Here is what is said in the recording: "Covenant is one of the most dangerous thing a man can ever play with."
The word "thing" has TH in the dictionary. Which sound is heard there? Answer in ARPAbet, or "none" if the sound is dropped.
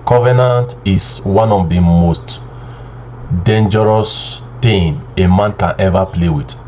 T